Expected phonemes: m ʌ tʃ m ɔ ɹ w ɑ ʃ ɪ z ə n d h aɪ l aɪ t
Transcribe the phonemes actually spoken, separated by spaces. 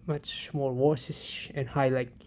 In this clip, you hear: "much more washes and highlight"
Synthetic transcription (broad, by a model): m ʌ tʃ m ɔ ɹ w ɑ s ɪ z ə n h aɪ l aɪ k